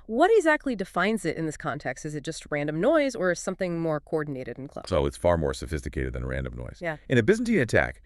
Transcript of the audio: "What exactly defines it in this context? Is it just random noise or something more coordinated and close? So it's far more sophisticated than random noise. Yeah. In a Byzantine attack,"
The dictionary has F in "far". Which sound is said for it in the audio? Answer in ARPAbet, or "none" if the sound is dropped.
F